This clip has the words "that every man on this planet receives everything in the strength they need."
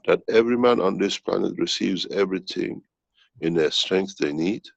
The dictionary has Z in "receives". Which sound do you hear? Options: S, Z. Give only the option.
Z